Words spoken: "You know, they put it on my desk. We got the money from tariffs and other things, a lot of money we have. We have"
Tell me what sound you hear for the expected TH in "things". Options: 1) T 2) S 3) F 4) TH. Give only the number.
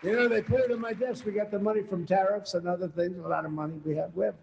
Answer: 4